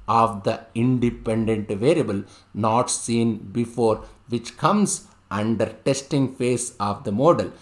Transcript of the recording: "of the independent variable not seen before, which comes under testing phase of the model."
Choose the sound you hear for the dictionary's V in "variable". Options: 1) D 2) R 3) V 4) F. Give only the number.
3